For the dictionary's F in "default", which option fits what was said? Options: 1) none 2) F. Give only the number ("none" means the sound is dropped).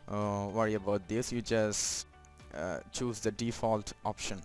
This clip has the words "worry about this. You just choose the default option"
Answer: 2